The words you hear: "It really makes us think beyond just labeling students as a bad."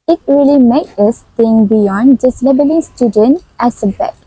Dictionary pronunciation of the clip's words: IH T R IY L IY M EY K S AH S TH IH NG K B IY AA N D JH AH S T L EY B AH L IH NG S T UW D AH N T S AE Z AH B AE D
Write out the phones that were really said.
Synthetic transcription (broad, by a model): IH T R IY L IY M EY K AH S T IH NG B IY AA N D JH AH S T L EY B AH L IH NG S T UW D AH N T AE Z AH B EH